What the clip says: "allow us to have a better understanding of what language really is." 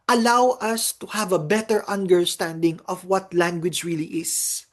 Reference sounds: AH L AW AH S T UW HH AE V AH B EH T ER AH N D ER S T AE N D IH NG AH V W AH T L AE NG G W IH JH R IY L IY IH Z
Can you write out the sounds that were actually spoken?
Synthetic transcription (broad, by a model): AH L AW AH S T UW HH AE V AH B EH T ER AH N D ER S T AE N D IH NG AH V W AH T L AE NG G W IH JH R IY L IY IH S